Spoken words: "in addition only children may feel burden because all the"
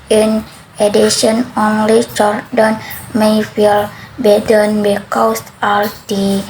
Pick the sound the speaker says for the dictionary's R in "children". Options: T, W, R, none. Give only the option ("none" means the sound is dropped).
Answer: none